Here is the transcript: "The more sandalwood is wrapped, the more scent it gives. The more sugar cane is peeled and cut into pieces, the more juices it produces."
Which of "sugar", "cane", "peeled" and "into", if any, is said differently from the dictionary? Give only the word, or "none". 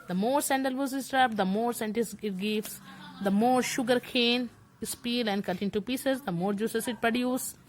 peeled